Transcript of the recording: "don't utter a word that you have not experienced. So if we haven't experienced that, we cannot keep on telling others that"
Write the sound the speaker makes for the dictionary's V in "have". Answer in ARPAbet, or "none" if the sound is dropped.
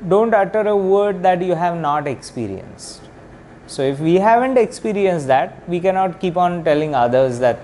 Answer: V